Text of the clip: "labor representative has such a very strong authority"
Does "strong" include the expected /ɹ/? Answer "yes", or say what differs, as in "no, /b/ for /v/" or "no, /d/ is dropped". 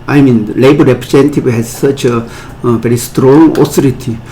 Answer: yes